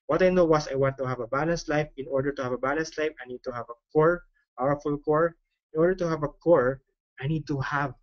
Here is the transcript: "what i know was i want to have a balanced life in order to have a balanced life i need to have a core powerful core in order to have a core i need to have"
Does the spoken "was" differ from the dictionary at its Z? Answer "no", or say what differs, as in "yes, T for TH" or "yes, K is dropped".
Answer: yes, S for Z